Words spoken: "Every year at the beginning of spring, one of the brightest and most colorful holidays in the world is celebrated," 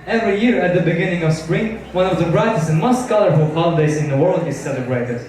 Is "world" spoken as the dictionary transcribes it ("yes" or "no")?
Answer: yes